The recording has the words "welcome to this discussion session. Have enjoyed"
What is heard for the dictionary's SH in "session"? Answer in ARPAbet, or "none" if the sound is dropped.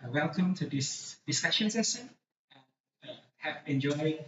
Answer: S